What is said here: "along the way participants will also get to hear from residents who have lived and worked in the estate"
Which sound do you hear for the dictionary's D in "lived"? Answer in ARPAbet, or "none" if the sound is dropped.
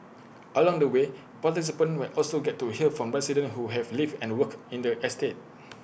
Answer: none